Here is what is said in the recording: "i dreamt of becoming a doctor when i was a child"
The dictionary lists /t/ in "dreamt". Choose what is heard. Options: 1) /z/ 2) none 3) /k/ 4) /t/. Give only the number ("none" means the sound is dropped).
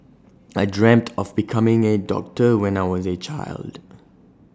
4